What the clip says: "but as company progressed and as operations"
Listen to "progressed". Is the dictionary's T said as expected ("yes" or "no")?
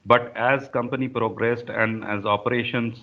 yes